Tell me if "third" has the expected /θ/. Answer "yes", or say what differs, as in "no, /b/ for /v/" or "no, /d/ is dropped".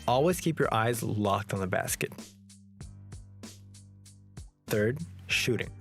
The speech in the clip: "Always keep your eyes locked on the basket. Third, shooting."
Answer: yes